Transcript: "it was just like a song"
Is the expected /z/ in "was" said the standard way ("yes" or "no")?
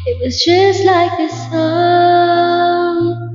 yes